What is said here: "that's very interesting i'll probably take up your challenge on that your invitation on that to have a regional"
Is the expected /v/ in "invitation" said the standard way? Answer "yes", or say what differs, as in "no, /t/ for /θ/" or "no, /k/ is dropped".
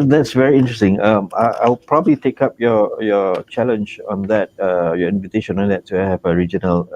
yes